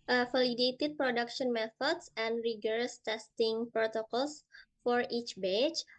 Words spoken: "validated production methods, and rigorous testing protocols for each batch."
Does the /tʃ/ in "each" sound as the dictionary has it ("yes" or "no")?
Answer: yes